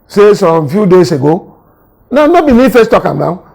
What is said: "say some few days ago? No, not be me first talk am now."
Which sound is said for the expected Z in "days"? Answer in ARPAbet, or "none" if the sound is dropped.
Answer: S